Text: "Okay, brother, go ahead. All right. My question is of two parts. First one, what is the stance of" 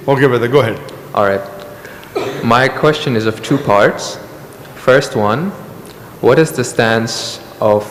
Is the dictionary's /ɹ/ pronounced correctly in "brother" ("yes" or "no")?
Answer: no